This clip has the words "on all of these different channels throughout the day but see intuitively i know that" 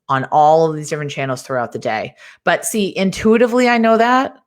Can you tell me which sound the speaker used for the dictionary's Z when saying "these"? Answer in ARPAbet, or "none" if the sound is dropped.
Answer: Z